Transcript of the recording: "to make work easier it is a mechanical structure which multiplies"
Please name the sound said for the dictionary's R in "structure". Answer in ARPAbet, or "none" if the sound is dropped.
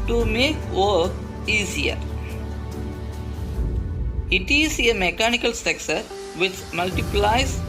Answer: none